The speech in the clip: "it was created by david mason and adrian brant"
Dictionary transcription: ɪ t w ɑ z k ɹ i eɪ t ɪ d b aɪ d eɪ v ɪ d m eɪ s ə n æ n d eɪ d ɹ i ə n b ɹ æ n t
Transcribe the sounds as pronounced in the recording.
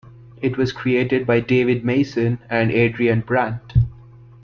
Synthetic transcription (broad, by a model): ɪ t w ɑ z k ɹ i eɪ t ɪ d b aɪ d eɪ v ɪ d m eɪ s ə n æ n d eɪ d ɹ i ə n b ɹ æ n t